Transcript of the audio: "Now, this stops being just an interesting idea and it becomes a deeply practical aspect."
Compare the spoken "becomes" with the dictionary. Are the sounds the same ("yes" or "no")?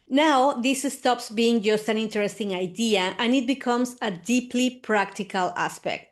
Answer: no